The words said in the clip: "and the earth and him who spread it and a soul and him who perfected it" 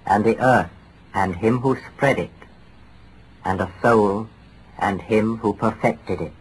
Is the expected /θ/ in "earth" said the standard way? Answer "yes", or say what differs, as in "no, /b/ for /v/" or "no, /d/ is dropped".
yes